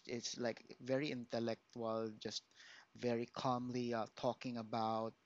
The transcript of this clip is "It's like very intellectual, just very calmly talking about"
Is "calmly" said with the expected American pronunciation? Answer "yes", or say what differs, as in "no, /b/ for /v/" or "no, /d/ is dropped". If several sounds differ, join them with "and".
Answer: yes